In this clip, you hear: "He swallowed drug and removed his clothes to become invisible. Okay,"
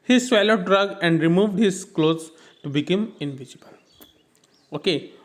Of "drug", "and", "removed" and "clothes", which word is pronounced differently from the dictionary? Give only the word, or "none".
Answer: none